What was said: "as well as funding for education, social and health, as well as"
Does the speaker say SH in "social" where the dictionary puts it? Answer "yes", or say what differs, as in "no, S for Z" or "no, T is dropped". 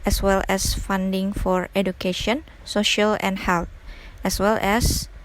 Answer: yes